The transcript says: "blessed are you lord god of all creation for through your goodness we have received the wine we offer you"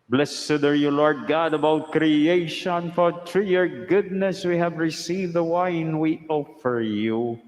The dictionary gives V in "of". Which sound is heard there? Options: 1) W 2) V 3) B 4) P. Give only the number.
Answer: 3